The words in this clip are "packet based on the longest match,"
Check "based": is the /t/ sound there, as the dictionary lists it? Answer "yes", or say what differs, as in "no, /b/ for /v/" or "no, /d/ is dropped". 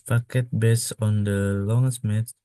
no, /t/ is dropped